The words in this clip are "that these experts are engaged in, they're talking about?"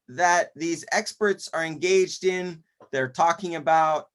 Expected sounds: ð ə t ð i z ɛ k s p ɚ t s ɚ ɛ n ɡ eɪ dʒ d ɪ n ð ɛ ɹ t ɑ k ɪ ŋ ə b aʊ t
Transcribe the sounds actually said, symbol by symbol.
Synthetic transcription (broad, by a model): ð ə t ð i z ɛ k s p ɚ t s ɚ ɛ n ɡ eɪ dʒ d ɪ n ð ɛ ɹ t ɑ k ɪ ŋ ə b aʊ t